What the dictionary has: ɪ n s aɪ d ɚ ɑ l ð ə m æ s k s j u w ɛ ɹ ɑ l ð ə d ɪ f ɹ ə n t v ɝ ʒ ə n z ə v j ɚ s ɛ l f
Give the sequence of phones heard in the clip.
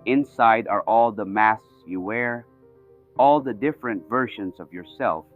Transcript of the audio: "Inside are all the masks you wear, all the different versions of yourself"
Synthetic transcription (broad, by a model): ɪ n s aɪ d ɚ ɑ l ð ə m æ s s j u w ɛ ɹ ɑ l ð ə d ɪ f ɹ ə n t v ɝ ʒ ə n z ə v j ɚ s ɛ l f